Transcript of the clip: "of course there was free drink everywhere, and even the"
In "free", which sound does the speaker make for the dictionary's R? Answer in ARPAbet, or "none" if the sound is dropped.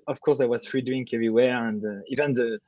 R